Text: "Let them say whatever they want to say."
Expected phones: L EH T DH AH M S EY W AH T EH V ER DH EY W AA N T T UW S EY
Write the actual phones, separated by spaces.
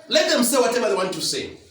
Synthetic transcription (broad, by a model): L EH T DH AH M S EY W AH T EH B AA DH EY W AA N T T UW S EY